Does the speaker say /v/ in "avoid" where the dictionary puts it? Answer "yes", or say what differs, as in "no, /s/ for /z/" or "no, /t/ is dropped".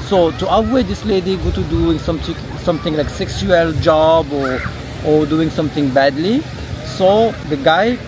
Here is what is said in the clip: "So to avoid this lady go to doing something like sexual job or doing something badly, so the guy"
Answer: no, /w/ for /v/